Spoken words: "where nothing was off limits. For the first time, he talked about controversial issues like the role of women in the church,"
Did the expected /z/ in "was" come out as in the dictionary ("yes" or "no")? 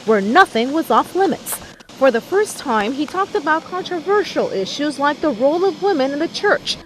yes